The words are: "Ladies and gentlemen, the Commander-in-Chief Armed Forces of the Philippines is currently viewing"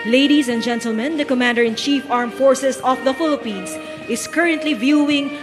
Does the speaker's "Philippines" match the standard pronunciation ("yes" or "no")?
no